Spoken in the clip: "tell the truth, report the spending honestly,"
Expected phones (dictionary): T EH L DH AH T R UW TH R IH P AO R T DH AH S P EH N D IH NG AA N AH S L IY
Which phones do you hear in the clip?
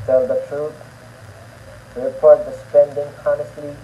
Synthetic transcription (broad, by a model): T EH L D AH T R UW T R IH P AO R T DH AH S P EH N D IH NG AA N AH S L IY